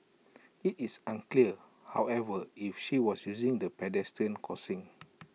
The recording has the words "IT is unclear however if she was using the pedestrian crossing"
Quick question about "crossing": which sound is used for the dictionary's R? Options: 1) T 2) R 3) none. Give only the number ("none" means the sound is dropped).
3